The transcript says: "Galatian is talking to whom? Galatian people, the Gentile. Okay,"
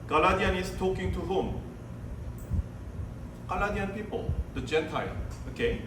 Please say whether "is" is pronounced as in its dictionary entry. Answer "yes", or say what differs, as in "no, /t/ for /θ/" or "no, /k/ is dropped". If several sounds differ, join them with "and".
no, /s/ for /z/